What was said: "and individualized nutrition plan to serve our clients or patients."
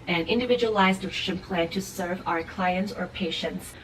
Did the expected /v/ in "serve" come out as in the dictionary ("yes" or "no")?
yes